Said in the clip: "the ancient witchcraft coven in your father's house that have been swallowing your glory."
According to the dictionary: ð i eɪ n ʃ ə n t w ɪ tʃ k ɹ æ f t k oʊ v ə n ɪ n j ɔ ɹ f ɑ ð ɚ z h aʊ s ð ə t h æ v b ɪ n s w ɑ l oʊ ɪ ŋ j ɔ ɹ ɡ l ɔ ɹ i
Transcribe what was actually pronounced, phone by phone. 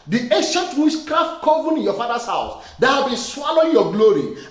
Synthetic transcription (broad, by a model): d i eɪ n ʃ ə n t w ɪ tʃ k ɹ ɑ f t k oʊ v ə n ɪ n j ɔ f ɑ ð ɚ s h aʊ s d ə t h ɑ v b ɪ n s w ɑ l oʊ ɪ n j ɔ ɡ l ɔ ɹ i